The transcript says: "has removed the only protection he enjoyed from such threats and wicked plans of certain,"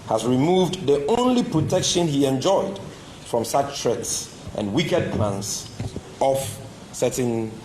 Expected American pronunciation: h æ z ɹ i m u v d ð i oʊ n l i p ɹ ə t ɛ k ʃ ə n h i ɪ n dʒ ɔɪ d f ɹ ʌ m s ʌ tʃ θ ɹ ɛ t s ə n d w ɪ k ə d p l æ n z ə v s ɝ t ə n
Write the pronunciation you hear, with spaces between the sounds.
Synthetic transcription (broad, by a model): h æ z ɹ i m u v d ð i oʊ n l i p ɹ ə t ɛ k ʃ ə n h i ɪ n dʒ ɔɪ d f ɹ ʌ m s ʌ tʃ t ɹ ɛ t s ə n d w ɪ k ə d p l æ n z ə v s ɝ t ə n